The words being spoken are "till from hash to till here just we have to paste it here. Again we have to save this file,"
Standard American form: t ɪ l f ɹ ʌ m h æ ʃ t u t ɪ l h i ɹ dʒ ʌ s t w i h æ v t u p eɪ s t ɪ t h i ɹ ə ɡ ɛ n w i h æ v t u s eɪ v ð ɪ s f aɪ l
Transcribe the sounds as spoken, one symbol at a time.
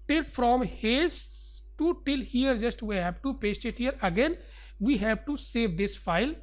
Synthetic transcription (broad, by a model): t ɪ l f ɹ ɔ m h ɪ s t u t ɪ l h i ɹ dʒ ʌ s t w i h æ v t u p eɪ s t ɪ t h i ɹ ə ɡ ɛ n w i h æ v t u s eɪ v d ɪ s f aɪ l